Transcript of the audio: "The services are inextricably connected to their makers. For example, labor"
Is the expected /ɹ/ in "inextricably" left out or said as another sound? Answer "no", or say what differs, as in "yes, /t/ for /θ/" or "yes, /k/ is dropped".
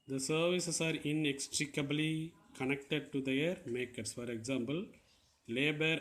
no